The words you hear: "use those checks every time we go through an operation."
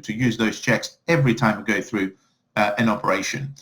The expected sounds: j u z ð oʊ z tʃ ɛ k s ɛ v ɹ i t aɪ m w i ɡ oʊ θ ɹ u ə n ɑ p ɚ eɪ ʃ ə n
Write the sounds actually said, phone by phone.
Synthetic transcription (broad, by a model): j u z ð oʊ z tʃ ɛ k s ɛ v ɹ i t aɪ m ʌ ɡ oʊ θ ɹ u ə n ɑ p ɚ eɪ ʃ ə n